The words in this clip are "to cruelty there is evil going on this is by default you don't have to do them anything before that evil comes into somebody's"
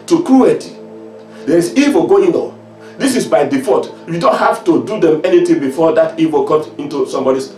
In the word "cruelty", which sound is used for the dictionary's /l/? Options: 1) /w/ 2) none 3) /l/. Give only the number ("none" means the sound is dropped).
2